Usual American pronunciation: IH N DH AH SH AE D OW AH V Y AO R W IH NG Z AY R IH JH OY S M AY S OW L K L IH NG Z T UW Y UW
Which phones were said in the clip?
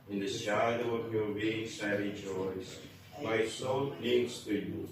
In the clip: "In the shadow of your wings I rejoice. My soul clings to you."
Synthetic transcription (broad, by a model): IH N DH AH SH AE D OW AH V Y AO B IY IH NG S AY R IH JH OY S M AY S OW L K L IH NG S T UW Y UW